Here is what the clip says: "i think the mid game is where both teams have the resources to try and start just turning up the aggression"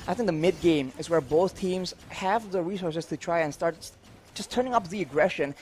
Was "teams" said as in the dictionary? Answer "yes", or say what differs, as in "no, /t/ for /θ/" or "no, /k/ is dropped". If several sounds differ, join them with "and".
yes